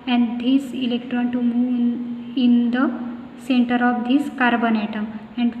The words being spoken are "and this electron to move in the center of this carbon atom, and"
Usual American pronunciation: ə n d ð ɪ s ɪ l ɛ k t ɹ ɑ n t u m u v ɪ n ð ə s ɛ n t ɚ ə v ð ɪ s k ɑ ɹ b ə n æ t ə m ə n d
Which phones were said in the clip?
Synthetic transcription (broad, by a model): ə n d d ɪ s ɪ l ɛ k t ɹ ɑ n t u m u ɪ n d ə s ɛ n t ɚ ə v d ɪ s k ɑ ɹ b ə n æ t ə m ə n d